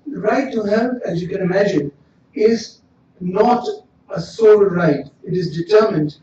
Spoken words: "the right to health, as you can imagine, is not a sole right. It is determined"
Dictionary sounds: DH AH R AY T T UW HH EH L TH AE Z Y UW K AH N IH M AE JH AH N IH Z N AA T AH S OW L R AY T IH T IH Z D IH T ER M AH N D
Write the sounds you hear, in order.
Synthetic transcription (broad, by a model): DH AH R AY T T UW HH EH L T AE Z Y UW K AH N IH M AE JH AH N IH Z N AA T AH S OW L R AY T IH T IH Z D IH T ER M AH N D